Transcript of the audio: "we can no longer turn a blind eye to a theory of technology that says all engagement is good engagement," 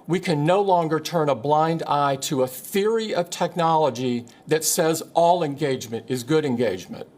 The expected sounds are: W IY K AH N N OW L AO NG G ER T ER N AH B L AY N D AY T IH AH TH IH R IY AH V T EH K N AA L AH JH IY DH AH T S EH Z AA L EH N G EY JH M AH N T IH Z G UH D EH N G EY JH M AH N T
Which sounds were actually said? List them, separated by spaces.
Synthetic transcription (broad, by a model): W IY K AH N N OW L AO NG G ER T ER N AH B L AY N D AY T IH AH TH IH R IY AH V T EH K N AA L AH JH IY DH AH T S EH Z AA L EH N G EY JH M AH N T IH Z G UH D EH N G EY JH M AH N T